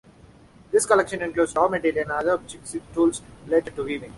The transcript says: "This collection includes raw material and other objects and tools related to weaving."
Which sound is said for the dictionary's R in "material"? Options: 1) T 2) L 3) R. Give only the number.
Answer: 2